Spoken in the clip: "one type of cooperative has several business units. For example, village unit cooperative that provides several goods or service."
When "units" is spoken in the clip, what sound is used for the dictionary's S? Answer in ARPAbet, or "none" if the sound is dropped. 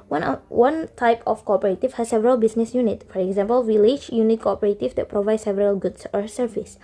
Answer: none